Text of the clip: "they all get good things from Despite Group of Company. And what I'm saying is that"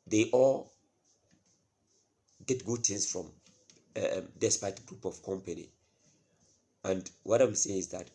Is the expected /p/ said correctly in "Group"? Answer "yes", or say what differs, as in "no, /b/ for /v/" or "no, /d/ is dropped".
yes